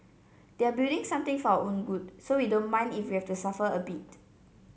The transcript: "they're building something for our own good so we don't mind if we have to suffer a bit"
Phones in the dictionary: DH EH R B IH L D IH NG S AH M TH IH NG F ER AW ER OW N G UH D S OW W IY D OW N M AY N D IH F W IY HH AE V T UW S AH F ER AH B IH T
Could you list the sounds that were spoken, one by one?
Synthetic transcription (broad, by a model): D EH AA B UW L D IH NG S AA M T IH NG F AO AW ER OW N G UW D S OW W IY D OW N M AY N D IH F W IY HH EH F T UW S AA F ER AH B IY T